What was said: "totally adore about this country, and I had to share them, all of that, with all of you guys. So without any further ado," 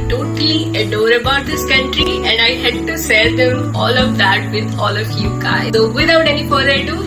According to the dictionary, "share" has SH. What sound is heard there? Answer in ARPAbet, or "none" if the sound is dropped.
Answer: S